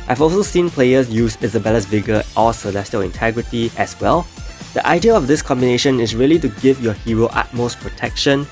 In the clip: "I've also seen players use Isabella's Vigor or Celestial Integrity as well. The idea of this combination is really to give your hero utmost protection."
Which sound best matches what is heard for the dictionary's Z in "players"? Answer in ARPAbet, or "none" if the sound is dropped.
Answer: S